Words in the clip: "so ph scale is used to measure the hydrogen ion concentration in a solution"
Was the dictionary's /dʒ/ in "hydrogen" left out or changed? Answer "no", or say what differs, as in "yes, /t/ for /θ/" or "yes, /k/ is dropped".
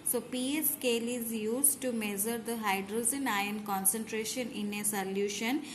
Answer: yes, /z/ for /dʒ/